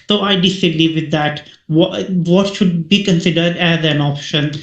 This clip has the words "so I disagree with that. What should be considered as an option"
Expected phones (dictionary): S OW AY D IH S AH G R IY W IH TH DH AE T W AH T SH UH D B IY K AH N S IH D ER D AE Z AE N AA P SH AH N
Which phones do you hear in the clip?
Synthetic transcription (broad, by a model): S OW AY D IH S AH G L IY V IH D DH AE T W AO T SH UH D B IY K AH N S IH D ER D AE Z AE N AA P SH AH N